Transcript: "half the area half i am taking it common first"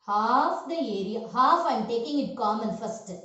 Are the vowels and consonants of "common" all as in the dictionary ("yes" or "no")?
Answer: yes